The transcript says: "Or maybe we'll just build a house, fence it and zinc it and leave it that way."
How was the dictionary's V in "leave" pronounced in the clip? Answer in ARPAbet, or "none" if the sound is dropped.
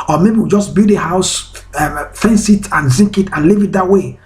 V